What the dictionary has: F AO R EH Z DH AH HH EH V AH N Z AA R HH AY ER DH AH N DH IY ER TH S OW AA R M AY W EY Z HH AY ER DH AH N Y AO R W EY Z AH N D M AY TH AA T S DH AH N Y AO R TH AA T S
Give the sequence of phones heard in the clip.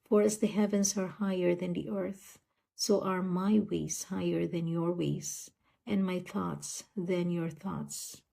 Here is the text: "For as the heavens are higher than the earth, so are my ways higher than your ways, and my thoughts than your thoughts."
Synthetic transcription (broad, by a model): F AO R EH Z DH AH HH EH V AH N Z AA R HH AY ER DH AH N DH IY ER TH S OW AA R M AY W EY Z HH AY ER DH AH N Y AO R W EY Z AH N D M AY TH AA T S DH AH N Y AO R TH AA T S